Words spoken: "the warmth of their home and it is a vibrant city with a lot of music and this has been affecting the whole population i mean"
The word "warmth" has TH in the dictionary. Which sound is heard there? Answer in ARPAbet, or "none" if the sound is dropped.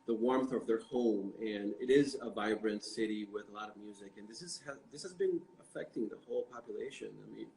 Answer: TH